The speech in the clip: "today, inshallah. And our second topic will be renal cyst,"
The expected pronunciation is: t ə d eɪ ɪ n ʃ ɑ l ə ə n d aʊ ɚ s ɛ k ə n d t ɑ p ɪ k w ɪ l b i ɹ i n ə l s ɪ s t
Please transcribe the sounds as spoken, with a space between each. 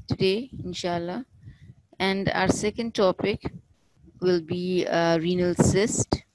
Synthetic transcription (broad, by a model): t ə d eɪ ɪ n ʃ ɑ l ə ə n d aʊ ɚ s ɛ k ə n d t ɑ p ɪ k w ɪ l b i ɹ i n ə l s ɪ s t